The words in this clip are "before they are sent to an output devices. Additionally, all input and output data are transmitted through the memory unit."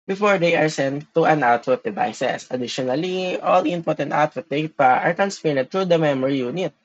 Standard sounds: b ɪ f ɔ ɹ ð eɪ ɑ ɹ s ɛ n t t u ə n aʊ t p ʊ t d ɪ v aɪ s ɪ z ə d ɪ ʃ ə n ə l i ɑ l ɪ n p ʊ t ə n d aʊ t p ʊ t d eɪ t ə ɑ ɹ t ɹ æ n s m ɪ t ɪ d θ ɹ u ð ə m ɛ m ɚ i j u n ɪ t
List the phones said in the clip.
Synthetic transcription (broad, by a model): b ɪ f ɔ ɹ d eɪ ɑ ɹ s ɛ n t t u ə n aʊ t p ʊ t d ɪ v aɪ s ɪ s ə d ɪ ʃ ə n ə l i ɑ l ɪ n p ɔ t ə n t aʊ t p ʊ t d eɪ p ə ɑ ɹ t ɹ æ n s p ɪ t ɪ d t ɹ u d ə m ɛ m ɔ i j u n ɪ t